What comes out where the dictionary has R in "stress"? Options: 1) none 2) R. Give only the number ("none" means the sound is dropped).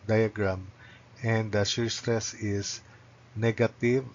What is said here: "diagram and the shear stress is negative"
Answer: 2